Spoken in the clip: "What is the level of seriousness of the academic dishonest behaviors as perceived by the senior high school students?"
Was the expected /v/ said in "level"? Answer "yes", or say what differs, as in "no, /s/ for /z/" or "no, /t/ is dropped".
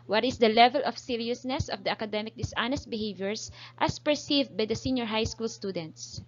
yes